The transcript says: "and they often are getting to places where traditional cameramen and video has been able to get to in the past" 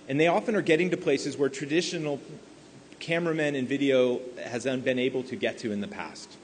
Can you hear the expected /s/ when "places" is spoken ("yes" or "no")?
yes